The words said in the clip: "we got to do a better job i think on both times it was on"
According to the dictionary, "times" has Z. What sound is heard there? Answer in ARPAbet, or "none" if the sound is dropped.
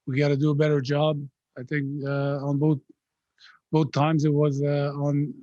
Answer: Z